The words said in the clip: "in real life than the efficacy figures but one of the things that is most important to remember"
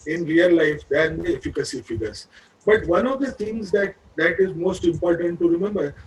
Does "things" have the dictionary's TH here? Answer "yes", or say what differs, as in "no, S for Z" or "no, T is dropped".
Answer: no, T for TH